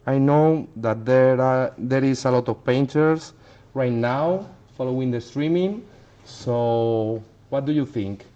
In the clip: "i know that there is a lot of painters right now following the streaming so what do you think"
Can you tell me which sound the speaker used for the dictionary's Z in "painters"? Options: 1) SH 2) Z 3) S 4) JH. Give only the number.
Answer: 3